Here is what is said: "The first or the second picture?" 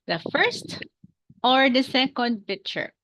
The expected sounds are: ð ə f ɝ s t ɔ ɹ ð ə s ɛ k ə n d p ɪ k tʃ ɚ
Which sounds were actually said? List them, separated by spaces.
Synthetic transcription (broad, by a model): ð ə f ɝ s t ɔ ɹ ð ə s ɛ k ə n d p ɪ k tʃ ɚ